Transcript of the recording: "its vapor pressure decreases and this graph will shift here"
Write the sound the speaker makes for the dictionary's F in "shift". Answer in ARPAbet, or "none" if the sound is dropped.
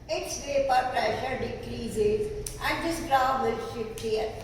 P